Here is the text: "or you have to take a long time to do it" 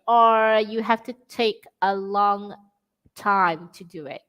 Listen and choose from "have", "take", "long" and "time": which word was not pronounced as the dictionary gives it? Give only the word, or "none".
have